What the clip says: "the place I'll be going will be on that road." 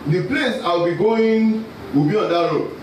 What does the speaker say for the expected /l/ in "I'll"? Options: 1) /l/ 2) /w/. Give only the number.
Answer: 2